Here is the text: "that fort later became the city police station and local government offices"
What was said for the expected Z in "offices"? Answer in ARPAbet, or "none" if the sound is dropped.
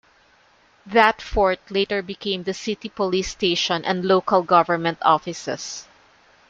S